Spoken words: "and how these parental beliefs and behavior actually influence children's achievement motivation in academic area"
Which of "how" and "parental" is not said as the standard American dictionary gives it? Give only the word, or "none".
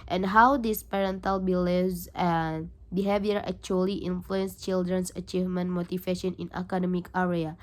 none